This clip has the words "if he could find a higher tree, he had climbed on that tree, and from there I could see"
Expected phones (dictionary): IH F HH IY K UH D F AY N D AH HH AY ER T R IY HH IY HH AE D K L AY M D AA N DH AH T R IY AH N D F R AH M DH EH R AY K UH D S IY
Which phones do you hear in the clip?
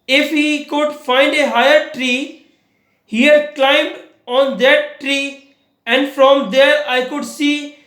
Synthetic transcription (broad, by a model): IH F HH IY K UH D F AY N D AH HH AY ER T R IY HH IY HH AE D K L AY M D AA N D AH T R IY AH N D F R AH M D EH R AY K UH D S IY